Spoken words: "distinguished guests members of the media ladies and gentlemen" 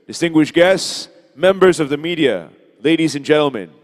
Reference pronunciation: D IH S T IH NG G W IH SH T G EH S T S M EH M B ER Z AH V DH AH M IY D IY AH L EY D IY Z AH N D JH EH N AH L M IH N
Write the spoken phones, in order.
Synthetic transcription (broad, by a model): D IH S T IH NG G W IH SH G EH S T S M EH M B ER Z AH V DH AH M IY D IY AH L EY D IY Z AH N JH EH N L M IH N